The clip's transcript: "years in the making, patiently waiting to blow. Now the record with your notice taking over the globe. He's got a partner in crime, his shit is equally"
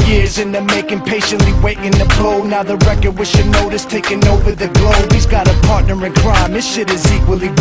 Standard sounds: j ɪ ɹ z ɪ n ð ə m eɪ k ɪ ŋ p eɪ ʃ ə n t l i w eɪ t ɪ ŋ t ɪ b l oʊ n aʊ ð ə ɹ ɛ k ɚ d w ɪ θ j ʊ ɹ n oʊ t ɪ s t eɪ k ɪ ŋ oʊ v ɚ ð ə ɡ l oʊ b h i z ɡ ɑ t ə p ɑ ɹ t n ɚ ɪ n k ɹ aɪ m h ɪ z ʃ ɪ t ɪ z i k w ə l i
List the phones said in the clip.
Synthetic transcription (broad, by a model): j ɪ ɹ z ɪ n ð ə m eɪ k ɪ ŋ p eɪ ʃ ə n t l i w eɪ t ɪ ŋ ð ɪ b l oʊ n aʊ ð ə ɹ ɛ k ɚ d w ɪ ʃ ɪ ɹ n oʊ t ɪ s t eɪ k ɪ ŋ oʊ v ɚ ð ə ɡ l oʊ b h i z ɡ ɑ t ə p ɑ ɹ t n ɚ ɪ n k ɹ aɪ m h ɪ ʃ ɪ t ɪ z i k w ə l i